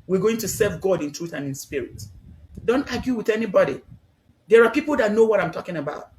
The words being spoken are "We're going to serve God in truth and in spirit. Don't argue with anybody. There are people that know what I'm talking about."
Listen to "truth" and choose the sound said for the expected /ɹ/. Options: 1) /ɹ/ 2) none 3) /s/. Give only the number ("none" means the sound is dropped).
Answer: 1